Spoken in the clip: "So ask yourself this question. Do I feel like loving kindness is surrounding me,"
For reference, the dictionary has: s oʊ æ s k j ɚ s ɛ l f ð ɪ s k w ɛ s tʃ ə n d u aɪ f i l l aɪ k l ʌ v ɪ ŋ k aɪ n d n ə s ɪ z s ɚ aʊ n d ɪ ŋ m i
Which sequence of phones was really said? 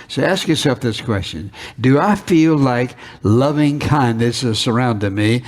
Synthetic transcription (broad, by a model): s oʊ æ s k j ɚ s ɛ l f ð ɪ s k w ɛ s tʃ ə n d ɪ aɪ f i l l aɪ k l ʌ v ɪ ŋ k aɪ n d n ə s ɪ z s ɚ aʊ n d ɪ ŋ m i